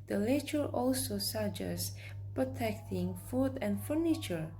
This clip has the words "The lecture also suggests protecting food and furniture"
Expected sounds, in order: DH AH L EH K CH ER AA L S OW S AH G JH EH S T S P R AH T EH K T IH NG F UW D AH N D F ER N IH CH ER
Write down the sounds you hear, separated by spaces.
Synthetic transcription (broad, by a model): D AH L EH CH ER AA L S OW S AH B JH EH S S P R AH T EH K T IH NG F UW D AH N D F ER N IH CH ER